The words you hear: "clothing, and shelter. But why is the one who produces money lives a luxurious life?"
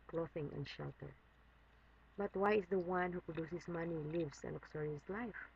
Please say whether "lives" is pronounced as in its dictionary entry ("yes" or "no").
no